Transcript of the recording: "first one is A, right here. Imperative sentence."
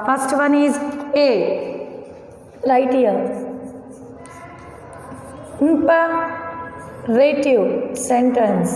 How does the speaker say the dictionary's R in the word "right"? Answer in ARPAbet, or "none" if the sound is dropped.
L